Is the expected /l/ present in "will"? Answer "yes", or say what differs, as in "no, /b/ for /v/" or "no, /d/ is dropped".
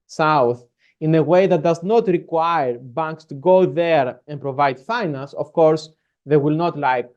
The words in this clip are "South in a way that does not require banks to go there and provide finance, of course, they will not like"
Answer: yes